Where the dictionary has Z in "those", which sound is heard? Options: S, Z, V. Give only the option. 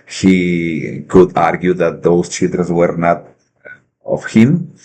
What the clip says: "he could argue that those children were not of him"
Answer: S